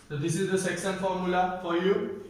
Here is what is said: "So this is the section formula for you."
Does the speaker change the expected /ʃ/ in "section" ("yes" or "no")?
yes